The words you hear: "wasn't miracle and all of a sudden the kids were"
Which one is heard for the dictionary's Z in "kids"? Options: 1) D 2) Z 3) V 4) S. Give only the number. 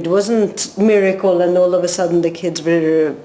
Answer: 2